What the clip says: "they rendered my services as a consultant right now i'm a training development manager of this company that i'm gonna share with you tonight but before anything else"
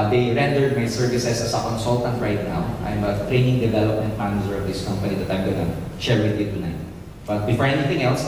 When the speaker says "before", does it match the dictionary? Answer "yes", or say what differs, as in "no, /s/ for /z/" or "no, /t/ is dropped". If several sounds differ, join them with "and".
yes